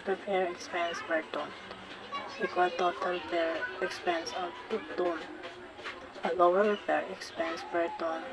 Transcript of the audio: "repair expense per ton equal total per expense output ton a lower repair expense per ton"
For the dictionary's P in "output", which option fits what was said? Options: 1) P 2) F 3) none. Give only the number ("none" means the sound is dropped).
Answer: 3